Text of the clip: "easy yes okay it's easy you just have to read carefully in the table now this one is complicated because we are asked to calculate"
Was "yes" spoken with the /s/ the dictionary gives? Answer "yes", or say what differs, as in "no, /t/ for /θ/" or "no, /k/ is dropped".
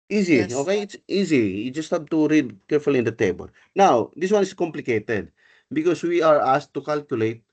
no, /s/ is dropped